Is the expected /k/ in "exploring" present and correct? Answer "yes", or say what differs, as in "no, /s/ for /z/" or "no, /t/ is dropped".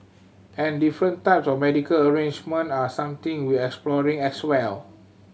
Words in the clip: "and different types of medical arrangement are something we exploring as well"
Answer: yes